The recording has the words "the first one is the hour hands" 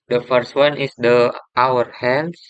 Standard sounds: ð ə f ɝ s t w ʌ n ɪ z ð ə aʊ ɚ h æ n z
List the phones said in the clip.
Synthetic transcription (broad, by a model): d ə f ɝ s t w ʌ n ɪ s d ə aʊ ɚ h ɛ n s